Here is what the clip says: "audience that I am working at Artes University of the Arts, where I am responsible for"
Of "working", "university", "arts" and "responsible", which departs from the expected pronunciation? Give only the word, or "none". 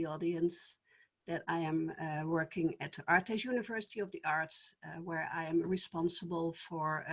arts